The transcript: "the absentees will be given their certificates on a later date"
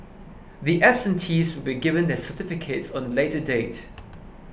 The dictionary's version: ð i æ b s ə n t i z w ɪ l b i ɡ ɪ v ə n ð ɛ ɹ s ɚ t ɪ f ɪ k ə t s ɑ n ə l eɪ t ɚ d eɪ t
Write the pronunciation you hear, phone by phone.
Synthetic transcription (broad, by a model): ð i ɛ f s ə n t i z w ɪ l b i ɡ ɪ v ə n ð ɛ s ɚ t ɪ f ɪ k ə t s ɑ n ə l eɪ t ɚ d eɪ t